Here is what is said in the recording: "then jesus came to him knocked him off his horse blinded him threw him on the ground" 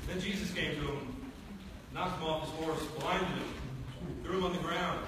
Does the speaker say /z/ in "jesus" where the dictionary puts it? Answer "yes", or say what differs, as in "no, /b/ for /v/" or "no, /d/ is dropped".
yes